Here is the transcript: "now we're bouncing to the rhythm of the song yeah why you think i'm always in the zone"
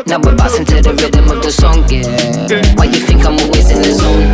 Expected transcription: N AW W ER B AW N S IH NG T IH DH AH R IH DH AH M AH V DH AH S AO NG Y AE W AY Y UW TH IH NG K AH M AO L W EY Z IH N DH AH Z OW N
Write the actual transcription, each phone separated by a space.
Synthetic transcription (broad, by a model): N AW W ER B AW S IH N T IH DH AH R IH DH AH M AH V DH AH S AO NG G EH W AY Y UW TH IH NG K AH M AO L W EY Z IH N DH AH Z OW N